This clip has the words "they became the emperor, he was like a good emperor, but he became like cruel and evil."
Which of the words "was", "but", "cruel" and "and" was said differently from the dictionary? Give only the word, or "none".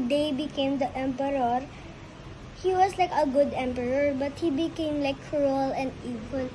was